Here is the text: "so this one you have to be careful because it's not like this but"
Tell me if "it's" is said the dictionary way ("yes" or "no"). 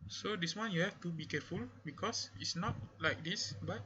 yes